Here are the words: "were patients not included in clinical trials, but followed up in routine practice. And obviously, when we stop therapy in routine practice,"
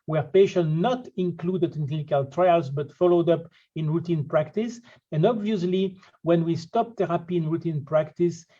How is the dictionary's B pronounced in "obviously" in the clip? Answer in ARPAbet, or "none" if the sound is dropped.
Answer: B